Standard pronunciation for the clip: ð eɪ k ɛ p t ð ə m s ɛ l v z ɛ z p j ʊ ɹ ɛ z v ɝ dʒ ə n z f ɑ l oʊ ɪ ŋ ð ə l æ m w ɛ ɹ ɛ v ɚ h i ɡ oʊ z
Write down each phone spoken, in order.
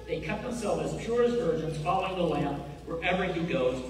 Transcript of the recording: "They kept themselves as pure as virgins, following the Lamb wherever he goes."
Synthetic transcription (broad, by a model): ð eɪ k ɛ t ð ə m s ɛ l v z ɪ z p j ʊ ɹ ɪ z v ɝ dʒ ə n z f ɑ l oʊ ɪ ŋ ð ə l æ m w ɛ ɹ ɛ v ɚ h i ɡ oʊ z